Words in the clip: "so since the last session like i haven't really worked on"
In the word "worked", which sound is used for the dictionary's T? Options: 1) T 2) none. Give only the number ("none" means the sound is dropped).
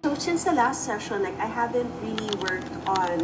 1